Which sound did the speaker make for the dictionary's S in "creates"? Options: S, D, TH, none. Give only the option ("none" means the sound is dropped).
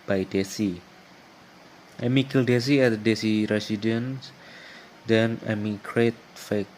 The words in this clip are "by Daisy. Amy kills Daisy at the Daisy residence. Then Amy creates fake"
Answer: none